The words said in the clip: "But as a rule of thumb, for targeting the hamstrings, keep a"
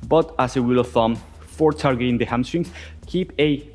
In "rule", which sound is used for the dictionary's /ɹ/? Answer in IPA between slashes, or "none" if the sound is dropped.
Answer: /w/